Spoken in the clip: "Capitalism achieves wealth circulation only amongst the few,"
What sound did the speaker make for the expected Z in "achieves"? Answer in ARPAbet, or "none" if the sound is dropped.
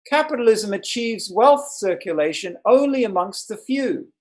Z